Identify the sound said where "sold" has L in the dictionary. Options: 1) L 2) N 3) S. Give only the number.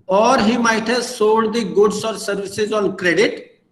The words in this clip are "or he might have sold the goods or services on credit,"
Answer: 2